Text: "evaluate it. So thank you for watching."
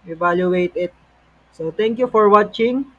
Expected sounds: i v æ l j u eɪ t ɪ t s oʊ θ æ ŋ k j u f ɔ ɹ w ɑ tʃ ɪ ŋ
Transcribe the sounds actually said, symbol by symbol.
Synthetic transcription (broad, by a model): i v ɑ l j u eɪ t ɪ t s oʊ t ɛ ŋ k j u f ɔ ɹ w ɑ tʃ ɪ ŋ